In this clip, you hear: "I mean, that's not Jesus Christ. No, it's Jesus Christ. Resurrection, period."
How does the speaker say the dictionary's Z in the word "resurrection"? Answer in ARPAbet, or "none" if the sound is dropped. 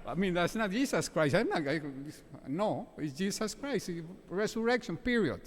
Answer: S